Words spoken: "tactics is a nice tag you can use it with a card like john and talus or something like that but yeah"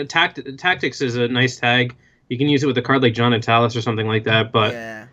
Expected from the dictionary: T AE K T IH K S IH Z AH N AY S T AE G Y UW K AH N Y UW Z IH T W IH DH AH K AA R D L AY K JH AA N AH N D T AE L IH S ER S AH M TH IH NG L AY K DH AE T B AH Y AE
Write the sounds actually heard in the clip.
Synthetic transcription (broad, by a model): T AE K T IH K S IH Z AH N AY S T AE G Y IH K AH N Y UW Z IH T W IH DH AH K AA R D L AY K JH AA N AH T AE L IH S ER S AH M TH IH NG L AY K DH AE T B AH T